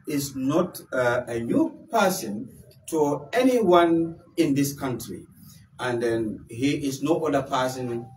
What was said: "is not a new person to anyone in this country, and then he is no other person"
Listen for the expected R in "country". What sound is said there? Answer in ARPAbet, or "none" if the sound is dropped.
R